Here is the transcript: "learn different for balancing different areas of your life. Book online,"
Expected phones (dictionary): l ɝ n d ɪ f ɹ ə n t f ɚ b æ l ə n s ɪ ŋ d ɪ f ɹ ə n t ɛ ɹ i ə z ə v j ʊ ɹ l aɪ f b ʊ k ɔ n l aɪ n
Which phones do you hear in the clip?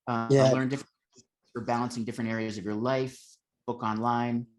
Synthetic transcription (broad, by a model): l ɝ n d ɪ f ɹ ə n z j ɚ b æ l ə n s ɪ ŋ d ɪ f ɹ ə n t ɛ ɹ i ə z ə v j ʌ ɹ l aɪ f b ʊ k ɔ n l aɪ n